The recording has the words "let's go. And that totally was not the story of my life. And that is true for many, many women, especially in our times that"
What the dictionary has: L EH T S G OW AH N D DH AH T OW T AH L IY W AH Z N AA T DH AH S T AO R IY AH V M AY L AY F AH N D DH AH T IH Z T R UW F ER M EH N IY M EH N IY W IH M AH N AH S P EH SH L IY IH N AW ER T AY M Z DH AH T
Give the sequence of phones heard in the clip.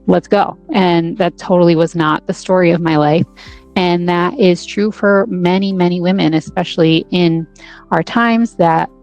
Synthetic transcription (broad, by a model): L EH T S G OW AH N DH AH T OW T L IY W AH Z N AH T DH AH S T AO R IY AH V M AY L AY F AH N DH AH T IH Z T R UW F ER M EH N IY M EH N IY W IH M AH N AH S P EH SH L IY IH N AW ER T AY M Z DH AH T